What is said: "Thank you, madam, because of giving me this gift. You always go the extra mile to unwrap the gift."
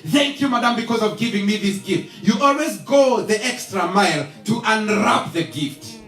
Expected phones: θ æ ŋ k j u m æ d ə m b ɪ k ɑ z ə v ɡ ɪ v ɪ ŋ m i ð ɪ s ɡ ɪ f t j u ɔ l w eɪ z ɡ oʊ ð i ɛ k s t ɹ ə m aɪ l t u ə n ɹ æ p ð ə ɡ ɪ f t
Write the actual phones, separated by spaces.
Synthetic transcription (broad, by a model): θ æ ŋ k j u m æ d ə m b ɪ k ɑ z ə v ɡ ɪ v ɪ ŋ m i ð ɪ s ɡ ɪ f t j u ɔ l w eɪ z ɡ oʊ ð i ɛ k s t ɹ ə m aɪ l t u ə n ɹ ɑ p ð ə ɡ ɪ f t